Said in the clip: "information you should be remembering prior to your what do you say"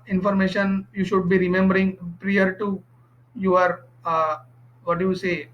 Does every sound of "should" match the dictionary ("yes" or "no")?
yes